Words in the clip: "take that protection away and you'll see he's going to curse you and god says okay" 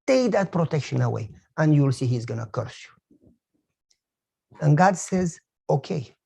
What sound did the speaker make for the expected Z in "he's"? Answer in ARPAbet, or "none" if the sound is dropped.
Z